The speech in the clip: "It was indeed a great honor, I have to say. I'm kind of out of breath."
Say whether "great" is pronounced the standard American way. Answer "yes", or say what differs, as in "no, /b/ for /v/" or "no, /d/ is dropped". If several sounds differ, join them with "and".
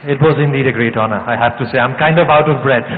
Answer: yes